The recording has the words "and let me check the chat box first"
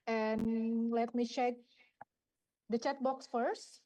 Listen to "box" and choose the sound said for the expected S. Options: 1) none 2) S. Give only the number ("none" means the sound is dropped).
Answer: 2